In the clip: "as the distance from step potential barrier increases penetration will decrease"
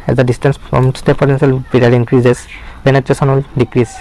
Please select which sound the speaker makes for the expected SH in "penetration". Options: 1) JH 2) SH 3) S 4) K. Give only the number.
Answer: 3